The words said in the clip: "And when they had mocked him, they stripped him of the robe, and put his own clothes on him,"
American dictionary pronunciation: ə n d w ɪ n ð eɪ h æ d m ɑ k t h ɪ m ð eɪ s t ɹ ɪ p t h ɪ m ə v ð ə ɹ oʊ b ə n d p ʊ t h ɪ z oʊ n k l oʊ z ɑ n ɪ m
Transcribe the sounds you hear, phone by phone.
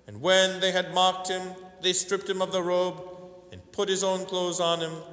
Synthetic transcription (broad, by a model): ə n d w ɪ n ð eɪ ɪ d m ɑ k t h ɪ m ð eɪ s t ɹ ɪ p t h ɪ m ə v ð ə ɹ oʊ b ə n p ʊ t h ɪ z oʊ n k l oʊ z n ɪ m